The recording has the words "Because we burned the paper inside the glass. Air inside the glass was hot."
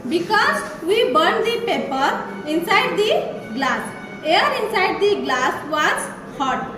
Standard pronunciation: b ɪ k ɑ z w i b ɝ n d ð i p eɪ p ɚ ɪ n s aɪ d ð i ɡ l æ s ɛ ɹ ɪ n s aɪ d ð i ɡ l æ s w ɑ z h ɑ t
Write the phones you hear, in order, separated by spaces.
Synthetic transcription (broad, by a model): b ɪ k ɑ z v i b ɝ n d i p eɪ p ɚ ɪ n s aɪ d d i ɡ l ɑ s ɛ ɹ ɪ n s aɪ d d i ɡ l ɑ s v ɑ s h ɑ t